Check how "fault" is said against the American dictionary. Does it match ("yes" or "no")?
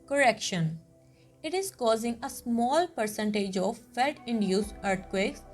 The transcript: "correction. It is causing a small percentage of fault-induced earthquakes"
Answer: no